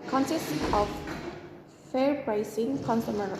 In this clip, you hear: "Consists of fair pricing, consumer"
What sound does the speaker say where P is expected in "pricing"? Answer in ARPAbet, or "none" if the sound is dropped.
B